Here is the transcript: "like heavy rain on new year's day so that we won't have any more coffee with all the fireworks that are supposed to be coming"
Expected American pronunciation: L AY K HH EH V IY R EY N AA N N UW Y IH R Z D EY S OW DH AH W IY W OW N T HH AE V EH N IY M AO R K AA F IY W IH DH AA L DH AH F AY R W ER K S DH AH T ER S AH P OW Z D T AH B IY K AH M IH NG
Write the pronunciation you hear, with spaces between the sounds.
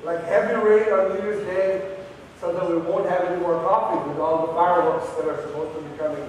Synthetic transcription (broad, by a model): L AY K HH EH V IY R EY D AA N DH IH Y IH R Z D EY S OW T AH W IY W OW N T HH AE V EH N IY M AO R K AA P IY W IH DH AA L DH AH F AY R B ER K S DH AH T ER S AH P OW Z T AH B IY K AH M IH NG